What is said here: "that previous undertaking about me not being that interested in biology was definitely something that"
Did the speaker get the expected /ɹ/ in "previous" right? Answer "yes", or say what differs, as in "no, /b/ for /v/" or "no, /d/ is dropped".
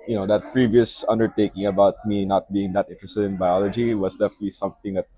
yes